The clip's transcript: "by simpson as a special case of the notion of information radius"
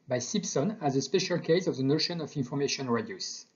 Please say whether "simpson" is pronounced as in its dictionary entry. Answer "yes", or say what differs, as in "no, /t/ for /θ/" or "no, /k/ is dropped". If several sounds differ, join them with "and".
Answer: no, /m/ is dropped